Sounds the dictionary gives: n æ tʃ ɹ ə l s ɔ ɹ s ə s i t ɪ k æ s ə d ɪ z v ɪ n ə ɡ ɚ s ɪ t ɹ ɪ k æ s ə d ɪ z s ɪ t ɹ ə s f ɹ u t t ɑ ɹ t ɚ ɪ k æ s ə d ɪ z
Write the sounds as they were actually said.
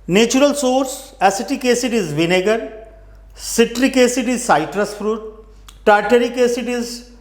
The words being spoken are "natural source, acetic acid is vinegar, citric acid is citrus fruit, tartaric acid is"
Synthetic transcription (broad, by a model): n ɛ tʃ ɹ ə l s ɔ ɹ s ə s i t ɪ k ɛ s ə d ɪ z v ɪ n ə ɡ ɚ s ɪ t ɹ ɪ k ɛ s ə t ɪ z s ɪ t ɹ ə s f ɹ u t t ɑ ɹ t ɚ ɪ k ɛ s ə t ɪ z